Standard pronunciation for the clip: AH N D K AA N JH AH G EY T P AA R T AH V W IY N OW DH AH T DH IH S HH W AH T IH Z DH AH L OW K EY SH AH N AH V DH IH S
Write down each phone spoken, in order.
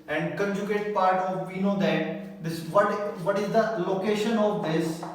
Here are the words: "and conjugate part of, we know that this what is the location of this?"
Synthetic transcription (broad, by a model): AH N D K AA N JH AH G EY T P AA R T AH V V IY N OW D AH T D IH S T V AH T IH Z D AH L OW K EY SH AH N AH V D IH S